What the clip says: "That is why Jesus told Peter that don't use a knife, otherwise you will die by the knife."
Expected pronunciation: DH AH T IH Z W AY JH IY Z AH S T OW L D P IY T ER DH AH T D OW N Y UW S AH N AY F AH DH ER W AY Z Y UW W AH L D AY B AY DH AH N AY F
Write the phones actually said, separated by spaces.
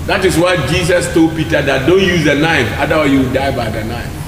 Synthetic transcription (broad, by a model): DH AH T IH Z W AY JH IY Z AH S T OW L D P IY T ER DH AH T D OW N Y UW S AH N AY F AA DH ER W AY Y UW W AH D AY B AY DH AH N AY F